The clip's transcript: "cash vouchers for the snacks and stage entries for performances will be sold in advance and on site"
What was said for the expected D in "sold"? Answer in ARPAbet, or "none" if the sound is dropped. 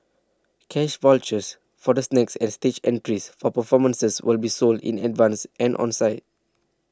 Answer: D